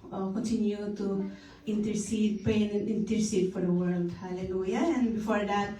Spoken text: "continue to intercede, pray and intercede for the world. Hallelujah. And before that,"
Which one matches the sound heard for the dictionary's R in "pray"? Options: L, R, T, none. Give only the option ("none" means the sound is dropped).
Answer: none